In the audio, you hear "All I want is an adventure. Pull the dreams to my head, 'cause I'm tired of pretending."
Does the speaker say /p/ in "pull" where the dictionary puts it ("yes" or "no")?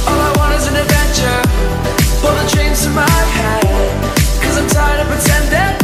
no